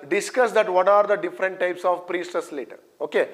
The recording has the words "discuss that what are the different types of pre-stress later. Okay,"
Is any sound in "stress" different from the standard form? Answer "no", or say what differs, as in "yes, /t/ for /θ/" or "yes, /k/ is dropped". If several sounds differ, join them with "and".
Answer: yes, /ɹ/ is dropped